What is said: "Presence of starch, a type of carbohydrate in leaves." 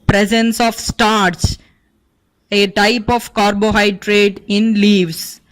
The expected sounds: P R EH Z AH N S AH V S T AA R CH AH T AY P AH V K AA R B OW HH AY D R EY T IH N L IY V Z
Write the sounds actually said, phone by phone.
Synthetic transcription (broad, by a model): P R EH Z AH N S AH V S T AA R S AH T AY P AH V K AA R B OW HH AY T R EY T IH N L IY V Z